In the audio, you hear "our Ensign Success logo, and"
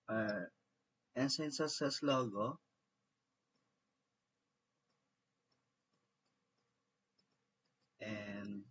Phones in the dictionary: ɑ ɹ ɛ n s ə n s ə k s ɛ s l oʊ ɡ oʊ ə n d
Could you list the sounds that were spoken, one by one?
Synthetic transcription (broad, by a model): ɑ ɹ ɛ n s ə n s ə s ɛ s l oʊ ɡ oʊ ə n